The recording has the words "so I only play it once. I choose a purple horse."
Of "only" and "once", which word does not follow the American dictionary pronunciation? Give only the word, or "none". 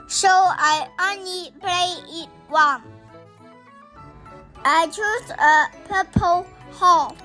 once